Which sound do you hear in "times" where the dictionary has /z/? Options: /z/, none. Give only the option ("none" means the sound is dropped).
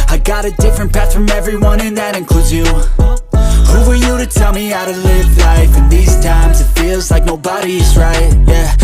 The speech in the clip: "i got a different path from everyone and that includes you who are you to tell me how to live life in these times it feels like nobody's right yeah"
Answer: /z/